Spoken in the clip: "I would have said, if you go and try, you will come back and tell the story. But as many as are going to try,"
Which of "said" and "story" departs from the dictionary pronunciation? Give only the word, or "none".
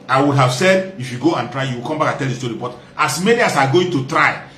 none